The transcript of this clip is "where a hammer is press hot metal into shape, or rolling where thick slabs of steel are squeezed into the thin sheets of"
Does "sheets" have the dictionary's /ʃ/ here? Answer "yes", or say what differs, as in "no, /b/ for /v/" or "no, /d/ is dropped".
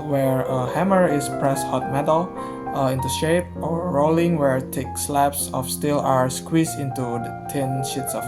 yes